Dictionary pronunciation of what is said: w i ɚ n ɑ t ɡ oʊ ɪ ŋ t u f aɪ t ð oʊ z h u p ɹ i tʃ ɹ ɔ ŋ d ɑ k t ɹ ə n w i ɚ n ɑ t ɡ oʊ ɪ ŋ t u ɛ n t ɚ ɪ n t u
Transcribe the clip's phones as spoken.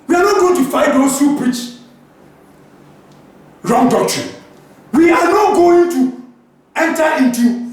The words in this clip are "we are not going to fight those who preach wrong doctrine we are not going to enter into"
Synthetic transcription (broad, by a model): w i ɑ n ɑ t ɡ oʊ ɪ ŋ t u f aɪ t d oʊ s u p ɹ i tʃ ɹ ɔ ŋ d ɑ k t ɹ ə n w i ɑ n ɑ t ɡ oʊ ɪ ŋ t u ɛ n t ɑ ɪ n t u